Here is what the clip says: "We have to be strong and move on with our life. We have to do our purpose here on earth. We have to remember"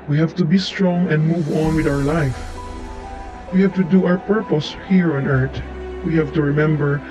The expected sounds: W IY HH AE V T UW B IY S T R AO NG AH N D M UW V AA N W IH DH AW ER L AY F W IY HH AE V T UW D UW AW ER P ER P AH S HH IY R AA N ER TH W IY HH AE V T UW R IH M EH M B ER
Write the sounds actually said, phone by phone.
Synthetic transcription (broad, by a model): W IY HH AE V T UW B IY S T R AO NG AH N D M UW V AA N W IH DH AW ER L AY F W IY HH AE V T UW D UW AW ER P ER P AH S HH IY R AA N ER T W IY HH AE V T UW R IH M EH M B ER